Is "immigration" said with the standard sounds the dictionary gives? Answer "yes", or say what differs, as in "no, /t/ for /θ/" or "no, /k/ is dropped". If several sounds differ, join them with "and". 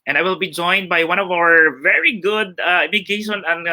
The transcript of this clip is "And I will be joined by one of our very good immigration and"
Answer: no, /ɹ/ is dropped